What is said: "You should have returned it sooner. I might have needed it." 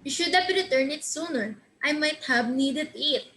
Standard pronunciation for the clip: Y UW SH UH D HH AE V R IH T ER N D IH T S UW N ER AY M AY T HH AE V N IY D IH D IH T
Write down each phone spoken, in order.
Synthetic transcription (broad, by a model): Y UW SH UH D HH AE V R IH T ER N IH T S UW N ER AY M AY T HH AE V N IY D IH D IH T